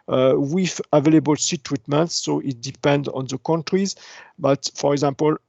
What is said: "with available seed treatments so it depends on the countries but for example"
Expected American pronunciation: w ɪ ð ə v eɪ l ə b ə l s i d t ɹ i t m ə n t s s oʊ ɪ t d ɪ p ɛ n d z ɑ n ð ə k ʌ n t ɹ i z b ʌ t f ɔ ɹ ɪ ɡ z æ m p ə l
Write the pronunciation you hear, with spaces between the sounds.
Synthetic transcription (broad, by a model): w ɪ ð ə v eɪ l ə b ə l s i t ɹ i t m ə n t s s oʊ ɪ t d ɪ p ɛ n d ɑ n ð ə k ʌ n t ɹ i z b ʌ t f ɔ ɹ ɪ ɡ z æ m p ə l